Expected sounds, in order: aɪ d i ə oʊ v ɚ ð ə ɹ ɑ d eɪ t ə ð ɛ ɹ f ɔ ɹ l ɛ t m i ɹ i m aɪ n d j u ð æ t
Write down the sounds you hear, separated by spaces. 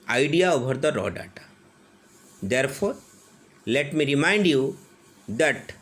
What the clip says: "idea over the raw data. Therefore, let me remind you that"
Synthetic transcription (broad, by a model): aɪ d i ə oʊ b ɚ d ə ɹ ɑ d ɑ t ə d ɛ ɹ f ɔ ɹ l ɛ t m i ɹ i m aɪ n d j u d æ t